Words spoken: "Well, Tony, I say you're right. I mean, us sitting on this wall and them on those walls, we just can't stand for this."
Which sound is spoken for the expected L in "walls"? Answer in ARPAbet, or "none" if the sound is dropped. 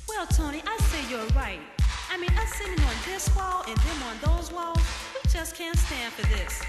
L